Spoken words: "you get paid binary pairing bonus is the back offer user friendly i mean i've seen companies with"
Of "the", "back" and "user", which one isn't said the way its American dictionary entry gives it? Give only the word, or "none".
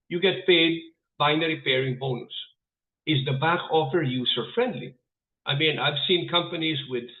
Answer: user